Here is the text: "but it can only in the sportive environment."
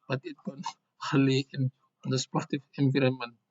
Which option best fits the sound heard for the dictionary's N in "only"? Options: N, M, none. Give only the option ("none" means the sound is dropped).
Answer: none